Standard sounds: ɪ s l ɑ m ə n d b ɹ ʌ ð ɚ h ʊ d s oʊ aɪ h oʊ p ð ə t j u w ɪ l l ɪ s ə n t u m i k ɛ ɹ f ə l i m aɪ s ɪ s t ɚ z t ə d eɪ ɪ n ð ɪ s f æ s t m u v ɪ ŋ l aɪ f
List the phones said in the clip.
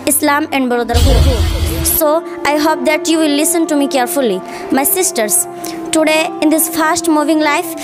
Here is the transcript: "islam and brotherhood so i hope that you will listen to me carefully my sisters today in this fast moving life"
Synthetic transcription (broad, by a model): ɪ s l ɑ m ə n d b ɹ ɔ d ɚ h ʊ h s oʊ aɪ h oʊ p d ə t j u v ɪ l l ɪ s ə n t u m i k ɛ ɹ f ə l i m aɪ s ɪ s t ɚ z t ə d eɪ ɪ n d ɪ s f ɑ s t m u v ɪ ŋ l aɪ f